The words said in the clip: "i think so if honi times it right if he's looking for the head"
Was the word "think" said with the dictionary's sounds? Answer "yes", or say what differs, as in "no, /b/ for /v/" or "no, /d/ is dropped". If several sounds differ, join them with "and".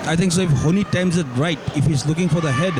no, /t/ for /θ/